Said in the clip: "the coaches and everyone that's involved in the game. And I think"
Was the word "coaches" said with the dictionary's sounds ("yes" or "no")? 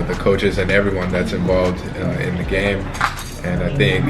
yes